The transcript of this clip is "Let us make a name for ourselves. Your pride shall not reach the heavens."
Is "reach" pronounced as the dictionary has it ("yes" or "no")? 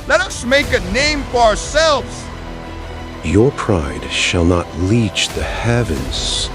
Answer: no